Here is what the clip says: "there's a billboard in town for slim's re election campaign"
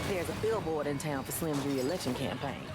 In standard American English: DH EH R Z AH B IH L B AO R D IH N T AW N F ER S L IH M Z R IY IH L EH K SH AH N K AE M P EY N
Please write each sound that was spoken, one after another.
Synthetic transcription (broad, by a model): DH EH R Z AH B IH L B AO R D IH N T AW N F ER S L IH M R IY IH L EH K SH AH N K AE M P EY N